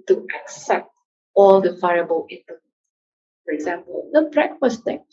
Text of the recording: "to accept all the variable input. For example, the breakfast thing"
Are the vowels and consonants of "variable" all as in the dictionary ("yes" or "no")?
no